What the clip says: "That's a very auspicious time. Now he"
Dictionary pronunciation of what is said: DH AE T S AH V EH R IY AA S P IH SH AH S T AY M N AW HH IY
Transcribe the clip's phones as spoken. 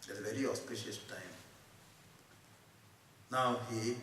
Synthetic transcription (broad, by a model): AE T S AH V EH R IY AA S P IH SH AH S T AY M N AW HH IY